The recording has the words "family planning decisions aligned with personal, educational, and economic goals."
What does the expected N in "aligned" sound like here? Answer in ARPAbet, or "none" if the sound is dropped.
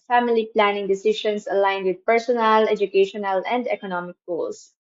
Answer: N